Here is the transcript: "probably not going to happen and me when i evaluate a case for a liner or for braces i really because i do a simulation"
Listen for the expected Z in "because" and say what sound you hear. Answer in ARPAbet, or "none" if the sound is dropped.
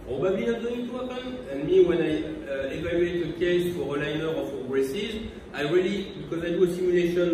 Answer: Z